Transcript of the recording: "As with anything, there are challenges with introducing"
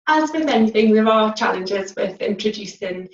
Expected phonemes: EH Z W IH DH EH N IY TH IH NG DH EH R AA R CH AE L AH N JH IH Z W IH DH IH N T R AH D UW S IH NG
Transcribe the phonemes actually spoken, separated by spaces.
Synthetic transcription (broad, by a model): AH Z W IH DH EH N IY TH IH NG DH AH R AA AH CH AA L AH N JH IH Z W IH DH IH N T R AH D UW S IH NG